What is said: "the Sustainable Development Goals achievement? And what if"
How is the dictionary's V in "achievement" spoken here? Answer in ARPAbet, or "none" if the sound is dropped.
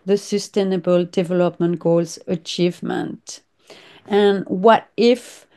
V